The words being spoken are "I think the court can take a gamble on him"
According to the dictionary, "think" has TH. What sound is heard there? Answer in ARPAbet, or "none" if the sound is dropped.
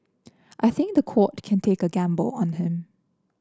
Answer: TH